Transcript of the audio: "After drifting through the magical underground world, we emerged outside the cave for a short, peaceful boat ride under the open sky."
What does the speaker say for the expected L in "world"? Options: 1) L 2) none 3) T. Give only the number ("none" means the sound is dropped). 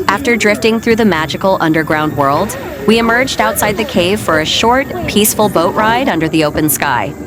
1